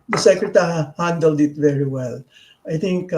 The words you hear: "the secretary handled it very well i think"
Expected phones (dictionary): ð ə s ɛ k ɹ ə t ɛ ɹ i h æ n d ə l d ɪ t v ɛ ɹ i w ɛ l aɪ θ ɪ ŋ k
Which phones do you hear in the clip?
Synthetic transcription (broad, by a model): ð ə s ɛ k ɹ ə t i h æ n d ə l d ɪ t v ɛ ɹ i w ɛ l aɪ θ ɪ ŋ k